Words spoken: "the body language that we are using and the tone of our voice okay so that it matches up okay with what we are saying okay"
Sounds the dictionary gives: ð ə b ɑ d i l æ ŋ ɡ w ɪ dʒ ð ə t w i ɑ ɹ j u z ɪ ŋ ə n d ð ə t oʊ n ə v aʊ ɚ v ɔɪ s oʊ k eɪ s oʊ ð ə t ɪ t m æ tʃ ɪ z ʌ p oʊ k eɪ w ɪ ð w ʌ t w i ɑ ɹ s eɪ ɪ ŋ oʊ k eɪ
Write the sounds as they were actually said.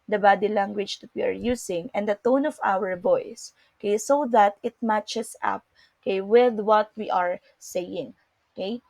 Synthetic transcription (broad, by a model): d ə b ɑ d i l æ ŋ ɡ w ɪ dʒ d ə t w i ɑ ɹ j u s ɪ ŋ ə n d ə t oʊ n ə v aʊ ɚ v ɔɪ s oʊ k eɪ s oʊ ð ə t ɪ t m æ tʃ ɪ s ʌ p oʊ k eɪ w ɪ ð w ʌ t w i ɑ ɹ s eɪ ɪ ŋ oʊ k eɪ